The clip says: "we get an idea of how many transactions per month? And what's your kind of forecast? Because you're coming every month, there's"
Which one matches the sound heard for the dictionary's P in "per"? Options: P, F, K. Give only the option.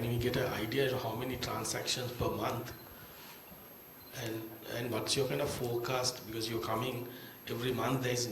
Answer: P